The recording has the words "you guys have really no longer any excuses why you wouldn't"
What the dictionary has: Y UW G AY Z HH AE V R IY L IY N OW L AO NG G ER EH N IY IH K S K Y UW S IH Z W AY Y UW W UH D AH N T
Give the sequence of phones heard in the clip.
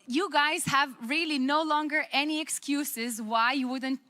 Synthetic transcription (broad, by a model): Y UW G AY Z HH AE V R IY L IY N OW L AO NG G ER EH N IY IH K S K Y UW S IH Z W AY Y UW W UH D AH N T